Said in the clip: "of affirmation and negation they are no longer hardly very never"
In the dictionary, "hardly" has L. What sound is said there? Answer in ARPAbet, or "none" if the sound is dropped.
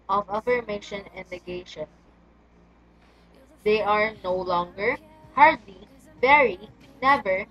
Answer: L